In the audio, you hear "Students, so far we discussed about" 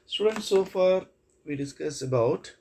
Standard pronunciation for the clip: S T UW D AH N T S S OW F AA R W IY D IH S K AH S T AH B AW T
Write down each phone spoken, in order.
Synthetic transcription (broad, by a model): S T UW D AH N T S S OW F AA R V IY D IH S K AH S AH B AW T